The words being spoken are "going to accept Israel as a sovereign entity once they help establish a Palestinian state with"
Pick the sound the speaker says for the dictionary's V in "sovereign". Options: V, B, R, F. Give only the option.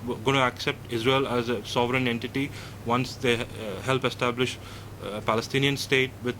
V